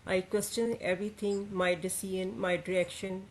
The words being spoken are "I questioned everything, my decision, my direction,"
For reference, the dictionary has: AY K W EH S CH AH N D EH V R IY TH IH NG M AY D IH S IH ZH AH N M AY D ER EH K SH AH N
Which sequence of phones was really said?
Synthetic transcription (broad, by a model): AY K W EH S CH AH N EH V R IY T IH NG M AY D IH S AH N M AY D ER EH K SH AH N